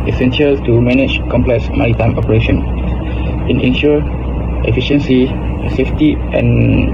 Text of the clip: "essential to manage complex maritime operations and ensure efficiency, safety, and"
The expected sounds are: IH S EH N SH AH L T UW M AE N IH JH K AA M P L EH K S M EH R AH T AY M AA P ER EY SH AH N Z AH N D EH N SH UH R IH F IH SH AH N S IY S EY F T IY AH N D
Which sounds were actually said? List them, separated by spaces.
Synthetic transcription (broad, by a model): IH S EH N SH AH L T UW M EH N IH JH K AA M P L EH K S M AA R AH T AY M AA P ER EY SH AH N AH N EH N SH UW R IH F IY SH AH N S IY S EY F T IY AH N